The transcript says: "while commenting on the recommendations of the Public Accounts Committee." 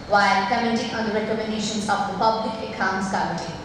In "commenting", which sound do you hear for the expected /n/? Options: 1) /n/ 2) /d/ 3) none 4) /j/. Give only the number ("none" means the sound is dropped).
3